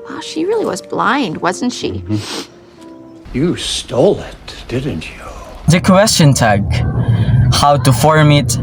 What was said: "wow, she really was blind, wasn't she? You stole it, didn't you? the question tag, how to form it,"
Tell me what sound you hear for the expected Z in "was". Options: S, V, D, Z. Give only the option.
Z